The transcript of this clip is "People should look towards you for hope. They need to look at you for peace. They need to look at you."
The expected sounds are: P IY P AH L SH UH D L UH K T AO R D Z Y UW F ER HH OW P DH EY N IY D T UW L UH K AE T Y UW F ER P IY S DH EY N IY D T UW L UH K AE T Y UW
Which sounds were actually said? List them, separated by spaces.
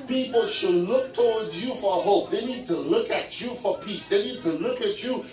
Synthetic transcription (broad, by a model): P IY P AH L SH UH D L UH K T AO W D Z Y UW F ER HH OW P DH EY N IY D T UW L UH K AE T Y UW F ER P IY S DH EY N IY D T UW L UH K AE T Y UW